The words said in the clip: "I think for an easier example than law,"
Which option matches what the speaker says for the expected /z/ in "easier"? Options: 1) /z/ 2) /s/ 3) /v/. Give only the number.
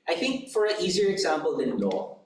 1